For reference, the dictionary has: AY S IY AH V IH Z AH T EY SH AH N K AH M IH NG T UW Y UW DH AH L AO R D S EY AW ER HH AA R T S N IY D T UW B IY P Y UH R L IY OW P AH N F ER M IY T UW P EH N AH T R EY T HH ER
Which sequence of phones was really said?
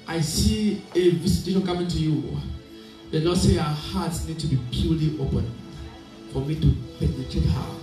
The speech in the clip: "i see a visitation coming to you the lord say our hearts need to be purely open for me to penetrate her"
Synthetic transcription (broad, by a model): AY S IY AH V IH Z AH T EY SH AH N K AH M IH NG T UW Y UW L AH N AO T S EY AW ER HH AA T S N IY D T UW B IY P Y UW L IY OW P AH N F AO M IY T UW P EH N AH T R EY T HH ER